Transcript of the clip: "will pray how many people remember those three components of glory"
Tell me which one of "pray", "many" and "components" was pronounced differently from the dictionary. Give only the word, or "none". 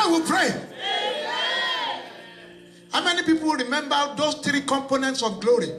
none